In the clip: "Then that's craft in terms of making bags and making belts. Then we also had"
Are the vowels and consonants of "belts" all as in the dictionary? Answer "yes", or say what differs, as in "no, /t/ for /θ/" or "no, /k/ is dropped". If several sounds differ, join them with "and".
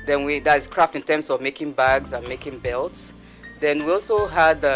yes